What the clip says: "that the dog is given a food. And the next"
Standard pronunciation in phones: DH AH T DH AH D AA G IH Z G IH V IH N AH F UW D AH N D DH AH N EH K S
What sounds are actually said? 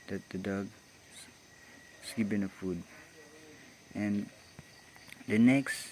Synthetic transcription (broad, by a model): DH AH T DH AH D AA G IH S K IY P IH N AH F UW D AH N D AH N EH K S